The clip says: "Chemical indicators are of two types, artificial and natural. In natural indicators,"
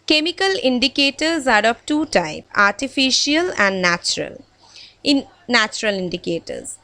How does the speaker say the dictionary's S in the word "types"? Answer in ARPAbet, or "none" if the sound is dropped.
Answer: none